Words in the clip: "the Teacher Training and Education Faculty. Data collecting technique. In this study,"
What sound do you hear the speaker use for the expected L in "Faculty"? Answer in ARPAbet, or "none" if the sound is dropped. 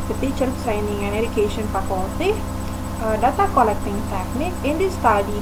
none